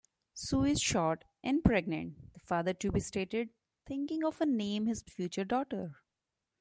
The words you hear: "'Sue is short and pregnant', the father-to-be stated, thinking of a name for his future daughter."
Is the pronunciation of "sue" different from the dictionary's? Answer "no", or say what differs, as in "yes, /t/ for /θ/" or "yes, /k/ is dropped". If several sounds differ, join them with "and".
no